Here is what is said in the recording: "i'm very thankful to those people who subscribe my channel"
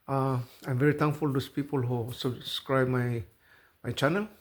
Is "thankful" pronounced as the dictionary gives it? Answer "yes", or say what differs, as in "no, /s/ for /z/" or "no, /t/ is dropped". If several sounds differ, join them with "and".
no, /t/ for /θ/